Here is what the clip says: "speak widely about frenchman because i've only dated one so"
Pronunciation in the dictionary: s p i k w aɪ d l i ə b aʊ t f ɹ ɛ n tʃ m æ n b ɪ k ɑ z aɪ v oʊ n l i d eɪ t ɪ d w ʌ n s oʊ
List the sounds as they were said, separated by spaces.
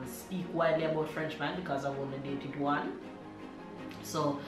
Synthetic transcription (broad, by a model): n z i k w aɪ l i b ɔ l f ɹ ɛ n tʃ m æ n b ɪ k ɑ z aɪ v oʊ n i d eɪ t ɪ d w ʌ n s oʊ